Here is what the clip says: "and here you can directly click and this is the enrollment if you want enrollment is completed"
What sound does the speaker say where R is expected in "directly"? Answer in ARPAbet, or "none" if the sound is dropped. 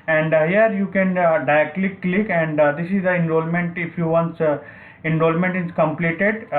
none